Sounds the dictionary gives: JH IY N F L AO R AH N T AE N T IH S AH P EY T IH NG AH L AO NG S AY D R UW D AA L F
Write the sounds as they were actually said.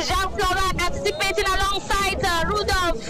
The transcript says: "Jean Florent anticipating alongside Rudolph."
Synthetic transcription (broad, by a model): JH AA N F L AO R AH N AE T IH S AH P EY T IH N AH L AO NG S AY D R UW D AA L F